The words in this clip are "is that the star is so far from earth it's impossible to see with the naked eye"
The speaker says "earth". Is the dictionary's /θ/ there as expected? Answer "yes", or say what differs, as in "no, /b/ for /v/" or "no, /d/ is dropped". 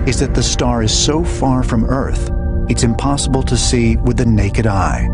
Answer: yes